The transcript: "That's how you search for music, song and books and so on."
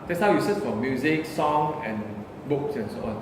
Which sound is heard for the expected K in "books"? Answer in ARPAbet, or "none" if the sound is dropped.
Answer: K